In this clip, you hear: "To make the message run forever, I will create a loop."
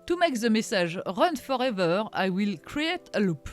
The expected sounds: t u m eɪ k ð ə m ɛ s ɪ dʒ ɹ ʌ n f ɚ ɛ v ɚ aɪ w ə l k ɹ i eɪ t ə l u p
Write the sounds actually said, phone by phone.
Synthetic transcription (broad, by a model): t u m eɪ k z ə m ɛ s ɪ ʒ ɹ ʌ n f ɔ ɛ v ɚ aɪ w ə l k ɹ i eɪ t ə l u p